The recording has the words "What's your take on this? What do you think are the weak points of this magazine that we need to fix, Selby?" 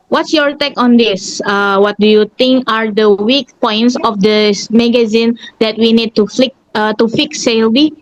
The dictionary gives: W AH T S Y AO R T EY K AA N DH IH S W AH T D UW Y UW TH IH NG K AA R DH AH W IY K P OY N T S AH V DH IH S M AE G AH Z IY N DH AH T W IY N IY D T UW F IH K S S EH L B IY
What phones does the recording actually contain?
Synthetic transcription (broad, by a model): W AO T S Y AO R T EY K AA N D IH S W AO T D UW Y UW T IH NG K AA R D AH W IY K P OY N T S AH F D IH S M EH G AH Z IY N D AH T W IY N IY D T UW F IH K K S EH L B IY